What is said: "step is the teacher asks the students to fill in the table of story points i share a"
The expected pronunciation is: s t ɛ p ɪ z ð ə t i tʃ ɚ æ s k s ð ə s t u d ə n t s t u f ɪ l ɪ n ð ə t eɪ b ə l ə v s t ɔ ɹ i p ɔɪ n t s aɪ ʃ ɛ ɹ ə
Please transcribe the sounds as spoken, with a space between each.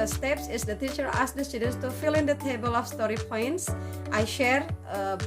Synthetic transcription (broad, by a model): s t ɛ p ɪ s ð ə t i tʃ ɚ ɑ s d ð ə s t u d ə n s t u f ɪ l ɪ n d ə t eɪ b ə l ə f s t ɔ ɹ i p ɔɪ n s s aɪ ʃ ɛ ɹ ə